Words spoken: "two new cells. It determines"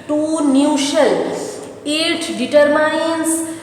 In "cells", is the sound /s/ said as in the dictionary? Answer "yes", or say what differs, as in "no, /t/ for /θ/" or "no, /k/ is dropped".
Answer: no, /ʃ/ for /s/